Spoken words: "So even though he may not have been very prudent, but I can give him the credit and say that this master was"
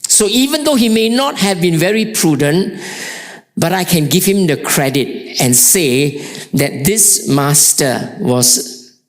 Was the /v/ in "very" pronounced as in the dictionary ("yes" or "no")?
yes